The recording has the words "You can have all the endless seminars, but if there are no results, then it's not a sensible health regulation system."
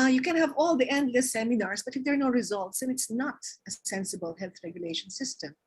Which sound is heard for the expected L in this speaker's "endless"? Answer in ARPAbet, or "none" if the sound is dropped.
none